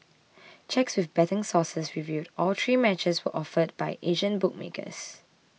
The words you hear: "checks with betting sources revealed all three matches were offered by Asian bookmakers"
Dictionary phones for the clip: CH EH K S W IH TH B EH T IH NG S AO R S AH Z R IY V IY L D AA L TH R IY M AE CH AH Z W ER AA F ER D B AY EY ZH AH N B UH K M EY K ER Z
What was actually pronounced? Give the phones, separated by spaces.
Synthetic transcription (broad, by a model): CH EH K S W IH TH B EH T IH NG S AO S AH S R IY V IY D AA L T R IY M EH CH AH S W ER AA F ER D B AY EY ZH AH N B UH K M EY K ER S